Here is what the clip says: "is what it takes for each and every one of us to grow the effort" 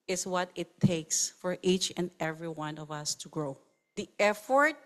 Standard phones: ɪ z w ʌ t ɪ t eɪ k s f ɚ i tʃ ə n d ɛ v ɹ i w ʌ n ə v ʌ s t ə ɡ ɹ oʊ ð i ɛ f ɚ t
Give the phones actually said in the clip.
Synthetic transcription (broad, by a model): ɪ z w ʌ t ɪ t eɪ k s f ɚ i tʃ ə n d ɛ v ɹ i w ʌ n ə v ʌ s t ə ɡ ɹ oʊ ð i ɛ f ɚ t